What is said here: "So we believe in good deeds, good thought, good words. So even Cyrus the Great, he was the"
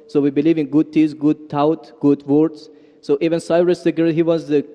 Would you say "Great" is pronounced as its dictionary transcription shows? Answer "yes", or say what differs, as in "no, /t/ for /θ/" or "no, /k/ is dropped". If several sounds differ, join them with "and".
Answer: no, /ɹ/ is dropped